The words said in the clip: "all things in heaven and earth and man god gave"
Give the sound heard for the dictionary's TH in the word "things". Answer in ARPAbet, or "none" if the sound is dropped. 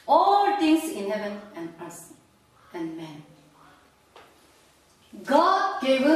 T